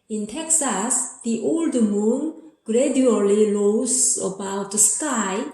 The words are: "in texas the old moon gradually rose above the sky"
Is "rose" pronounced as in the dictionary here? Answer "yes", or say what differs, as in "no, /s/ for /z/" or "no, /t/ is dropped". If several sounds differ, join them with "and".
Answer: no, /l/ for /ɹ/